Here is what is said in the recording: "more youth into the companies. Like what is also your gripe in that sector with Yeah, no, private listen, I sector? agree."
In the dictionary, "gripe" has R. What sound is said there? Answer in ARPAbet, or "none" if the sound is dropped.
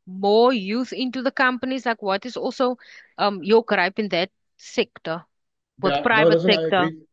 R